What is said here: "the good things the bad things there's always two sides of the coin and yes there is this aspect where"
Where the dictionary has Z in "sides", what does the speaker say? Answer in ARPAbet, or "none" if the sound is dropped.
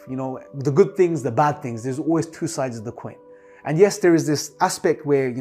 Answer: Z